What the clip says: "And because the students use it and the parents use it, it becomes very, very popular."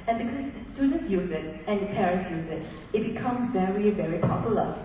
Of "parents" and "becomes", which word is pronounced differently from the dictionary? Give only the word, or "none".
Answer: becomes